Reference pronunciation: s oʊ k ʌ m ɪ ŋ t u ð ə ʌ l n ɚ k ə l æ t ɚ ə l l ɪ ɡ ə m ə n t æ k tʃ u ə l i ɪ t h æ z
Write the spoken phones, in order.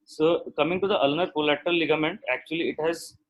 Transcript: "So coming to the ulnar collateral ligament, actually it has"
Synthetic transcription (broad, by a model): s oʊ k ʌ m ɪ ŋ t u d ə ʌ l n ɚ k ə l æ t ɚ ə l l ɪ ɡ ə m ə n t æ k tʃ u ə l i ɪ t h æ z